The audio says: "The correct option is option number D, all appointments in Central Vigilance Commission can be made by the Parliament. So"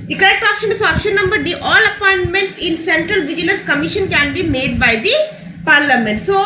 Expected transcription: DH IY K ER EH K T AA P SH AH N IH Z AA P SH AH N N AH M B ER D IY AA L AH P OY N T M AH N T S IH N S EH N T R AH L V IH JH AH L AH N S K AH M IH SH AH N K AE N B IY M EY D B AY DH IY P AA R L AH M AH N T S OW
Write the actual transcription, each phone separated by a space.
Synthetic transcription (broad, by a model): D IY K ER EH K T AA P SH AH N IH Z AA P SH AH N N AH M B ER D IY AA L AH P OY N T M AH N T S IH N S EH N T R AH L V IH JH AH L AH N S K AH M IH SH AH N K AE N B IY M EY D B AY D IY P AA R L AH M AH N T S OW